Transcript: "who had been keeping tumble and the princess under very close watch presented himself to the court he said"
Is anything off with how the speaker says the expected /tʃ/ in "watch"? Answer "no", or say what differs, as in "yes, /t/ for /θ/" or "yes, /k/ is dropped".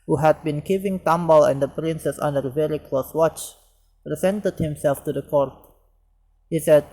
no